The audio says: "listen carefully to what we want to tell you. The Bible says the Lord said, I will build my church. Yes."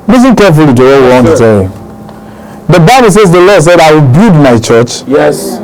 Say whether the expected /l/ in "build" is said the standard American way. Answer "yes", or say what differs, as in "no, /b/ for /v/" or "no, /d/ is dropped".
no, /l/ is dropped